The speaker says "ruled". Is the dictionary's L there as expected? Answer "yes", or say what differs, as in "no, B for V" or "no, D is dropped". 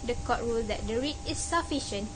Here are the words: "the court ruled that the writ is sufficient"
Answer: yes